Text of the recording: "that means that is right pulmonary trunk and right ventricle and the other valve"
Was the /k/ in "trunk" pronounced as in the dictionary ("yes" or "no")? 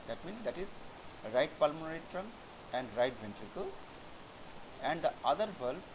no